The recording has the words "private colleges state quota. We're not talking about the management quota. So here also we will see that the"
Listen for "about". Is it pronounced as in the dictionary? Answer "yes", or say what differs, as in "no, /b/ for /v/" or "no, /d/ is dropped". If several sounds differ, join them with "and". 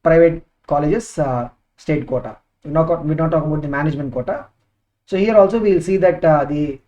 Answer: no, /b/ is dropped